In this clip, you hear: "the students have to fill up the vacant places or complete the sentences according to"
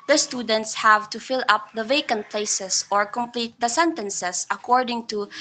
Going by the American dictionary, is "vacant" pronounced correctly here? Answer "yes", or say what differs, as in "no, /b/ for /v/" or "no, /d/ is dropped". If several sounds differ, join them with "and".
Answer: yes